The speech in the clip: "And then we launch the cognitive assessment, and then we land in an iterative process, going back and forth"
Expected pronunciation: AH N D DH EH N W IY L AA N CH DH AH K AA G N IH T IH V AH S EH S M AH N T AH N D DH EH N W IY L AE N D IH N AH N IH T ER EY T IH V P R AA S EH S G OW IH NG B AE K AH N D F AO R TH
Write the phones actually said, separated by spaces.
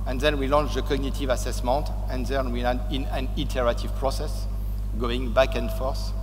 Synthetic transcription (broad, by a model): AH N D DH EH N W IY L AA N CH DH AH K AA G N IH T IH V AH S EH S M AH N T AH N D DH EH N W IY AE D IH N AH N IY T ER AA T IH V P R AA S EH S G OW IH NG B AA K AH N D F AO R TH